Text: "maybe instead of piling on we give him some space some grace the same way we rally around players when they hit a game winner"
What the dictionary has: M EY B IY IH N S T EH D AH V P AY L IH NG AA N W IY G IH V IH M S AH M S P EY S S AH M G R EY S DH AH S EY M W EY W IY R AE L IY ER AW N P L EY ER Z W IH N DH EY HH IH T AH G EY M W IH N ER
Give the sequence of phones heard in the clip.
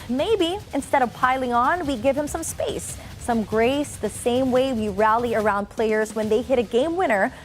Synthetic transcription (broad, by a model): M EY B IY IH N S T EH D AH V P AY L IH NG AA N W IY G IH V IH M S AH M S P EY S S AH M G R EY S DH AH S EY M W EY W IY R AE L IY ER AW N P L EY ER Z W IH N DH EY HH IH T AH G EY M W IH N ER